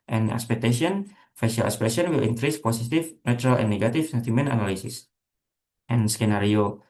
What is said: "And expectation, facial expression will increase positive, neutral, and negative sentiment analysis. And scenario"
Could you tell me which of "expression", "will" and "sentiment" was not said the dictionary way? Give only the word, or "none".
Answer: expression